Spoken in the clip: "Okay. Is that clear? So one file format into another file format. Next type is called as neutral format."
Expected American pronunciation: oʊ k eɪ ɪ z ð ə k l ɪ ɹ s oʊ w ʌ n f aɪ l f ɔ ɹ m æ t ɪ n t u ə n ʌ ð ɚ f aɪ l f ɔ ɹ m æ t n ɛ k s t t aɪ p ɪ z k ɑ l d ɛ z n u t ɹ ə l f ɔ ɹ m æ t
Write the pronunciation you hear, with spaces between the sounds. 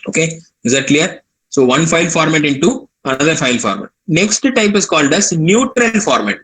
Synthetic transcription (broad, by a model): oʊ k eɪ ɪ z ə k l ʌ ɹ s oʊ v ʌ n f aɪ l f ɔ ɹ m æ t ɪ n t u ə n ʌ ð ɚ f aɪ l f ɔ ɹ m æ t n ɛ k s t t aɪ p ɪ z k ɑ l d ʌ s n u t ɹ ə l f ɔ ɹ m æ t